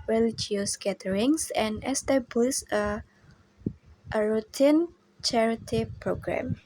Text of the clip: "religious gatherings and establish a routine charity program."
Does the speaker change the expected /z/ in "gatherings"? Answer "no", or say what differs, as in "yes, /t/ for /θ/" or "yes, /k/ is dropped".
yes, /s/ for /z/